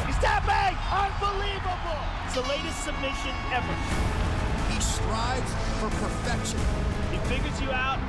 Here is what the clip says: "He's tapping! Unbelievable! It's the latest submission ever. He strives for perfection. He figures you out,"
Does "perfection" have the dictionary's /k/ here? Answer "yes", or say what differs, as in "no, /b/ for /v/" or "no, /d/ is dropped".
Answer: yes